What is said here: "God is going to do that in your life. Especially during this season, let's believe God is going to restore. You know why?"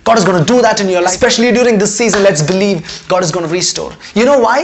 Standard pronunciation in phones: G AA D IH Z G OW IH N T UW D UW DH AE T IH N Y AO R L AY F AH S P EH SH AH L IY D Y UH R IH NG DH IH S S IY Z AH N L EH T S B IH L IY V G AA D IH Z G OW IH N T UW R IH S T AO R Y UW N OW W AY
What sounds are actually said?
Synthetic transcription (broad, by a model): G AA D IH Z G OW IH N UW D UW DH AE T IH N Y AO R L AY AH S P EH SH AH L IY D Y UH R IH NG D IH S S IY Z AH N L EH T S B IH L IY V G AA D IH Z G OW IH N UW R IH S T AO R Y UW N OW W AY